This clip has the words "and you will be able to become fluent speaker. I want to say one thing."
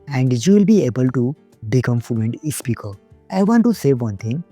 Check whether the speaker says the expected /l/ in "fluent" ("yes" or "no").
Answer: no